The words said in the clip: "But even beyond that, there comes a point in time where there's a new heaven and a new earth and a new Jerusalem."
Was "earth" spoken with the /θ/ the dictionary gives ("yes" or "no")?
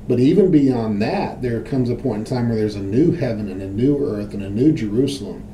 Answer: yes